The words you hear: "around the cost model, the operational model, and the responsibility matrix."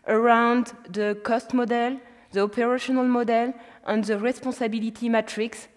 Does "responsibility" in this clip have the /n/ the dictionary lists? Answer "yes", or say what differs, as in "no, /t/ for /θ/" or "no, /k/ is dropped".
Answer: no, /n/ is dropped